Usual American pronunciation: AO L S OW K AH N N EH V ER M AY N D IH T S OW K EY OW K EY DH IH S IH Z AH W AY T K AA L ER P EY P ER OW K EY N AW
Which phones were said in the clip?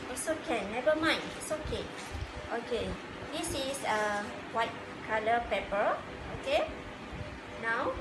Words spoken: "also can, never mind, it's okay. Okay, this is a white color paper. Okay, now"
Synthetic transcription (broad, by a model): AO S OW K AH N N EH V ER M AY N IH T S OW K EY OW K EY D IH S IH S AH W AY T K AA L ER P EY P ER OW K EY N AW